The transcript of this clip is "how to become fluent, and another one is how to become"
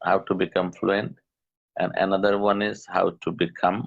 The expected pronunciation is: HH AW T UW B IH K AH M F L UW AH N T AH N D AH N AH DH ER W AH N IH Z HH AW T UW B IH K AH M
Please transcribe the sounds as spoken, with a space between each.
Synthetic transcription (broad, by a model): HH AW T UW B IH K AH M F L UW AH N T AH N D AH N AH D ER W AH N IH Z HH AW T UW B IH K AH M